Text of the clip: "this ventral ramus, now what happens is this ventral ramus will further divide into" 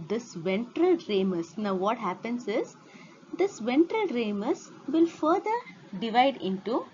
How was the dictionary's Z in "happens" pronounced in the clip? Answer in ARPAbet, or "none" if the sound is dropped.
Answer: S